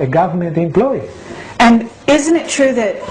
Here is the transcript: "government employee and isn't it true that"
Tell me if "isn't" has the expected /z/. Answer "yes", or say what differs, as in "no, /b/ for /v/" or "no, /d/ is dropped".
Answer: yes